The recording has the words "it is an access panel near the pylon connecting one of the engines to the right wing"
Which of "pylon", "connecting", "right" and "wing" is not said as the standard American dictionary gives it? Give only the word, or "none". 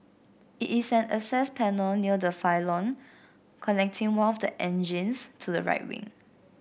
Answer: pylon